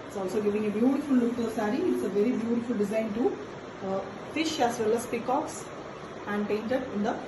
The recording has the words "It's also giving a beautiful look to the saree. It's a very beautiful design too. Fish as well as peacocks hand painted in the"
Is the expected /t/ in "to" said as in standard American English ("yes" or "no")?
no